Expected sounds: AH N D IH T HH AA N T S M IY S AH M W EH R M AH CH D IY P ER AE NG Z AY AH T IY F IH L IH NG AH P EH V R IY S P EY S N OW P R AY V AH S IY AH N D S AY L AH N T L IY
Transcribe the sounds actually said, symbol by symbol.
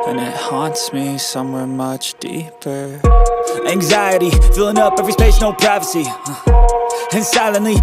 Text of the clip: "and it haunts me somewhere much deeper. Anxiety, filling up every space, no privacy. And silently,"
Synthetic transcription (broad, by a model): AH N IH T HH AA N T S M IY S AH M W EH R M AH CH D IY P ER AE NG Z AY AH T IY F IH L IH NG AH P EH V R IY S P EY SH N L P R AY V AH S IY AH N S AY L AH N L IY